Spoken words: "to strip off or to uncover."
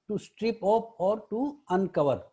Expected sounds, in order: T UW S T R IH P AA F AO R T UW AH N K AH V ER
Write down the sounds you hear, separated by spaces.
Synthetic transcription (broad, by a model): T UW S T R IH P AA P AO R T UW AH N K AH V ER